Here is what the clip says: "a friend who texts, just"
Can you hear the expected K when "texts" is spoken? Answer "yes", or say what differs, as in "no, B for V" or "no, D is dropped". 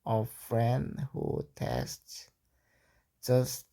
no, K is dropped